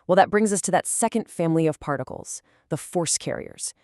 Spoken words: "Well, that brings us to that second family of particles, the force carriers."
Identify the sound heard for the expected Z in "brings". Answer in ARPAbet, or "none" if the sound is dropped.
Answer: Z